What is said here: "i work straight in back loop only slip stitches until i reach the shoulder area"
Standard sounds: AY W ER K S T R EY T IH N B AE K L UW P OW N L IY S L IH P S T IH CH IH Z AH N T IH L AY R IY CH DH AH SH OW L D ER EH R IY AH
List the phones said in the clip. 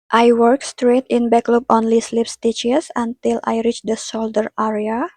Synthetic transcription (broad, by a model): AY W ER K S T R EY T IH N B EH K L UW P OW N L IY S L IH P S T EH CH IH S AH N T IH L AY R IY CH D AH S OW L D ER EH R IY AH